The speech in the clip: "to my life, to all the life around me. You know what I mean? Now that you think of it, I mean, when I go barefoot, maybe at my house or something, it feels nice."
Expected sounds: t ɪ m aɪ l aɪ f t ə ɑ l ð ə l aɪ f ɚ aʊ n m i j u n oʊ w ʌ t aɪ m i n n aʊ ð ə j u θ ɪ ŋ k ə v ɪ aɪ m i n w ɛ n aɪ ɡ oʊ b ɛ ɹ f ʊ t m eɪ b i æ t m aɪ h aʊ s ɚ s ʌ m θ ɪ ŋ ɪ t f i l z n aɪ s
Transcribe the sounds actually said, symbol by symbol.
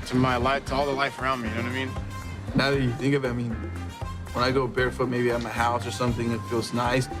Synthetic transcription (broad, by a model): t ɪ m aɪ l aɪ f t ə ɑ l ð ə l aɪ f ɚ aʊ n m i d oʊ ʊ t aɪ m i n n aʊ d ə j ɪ θ ɪ ŋ k ə v ɪ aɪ m i n w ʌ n aɪ ɡ oʊ b ɛ ɹ f ʊ t m eɪ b i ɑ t m aɪ h aʊ s ɚ s ʌ m θ ɪ ŋ ɪ t f i l z n aɪ s